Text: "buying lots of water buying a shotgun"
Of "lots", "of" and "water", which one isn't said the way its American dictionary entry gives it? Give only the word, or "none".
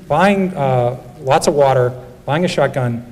none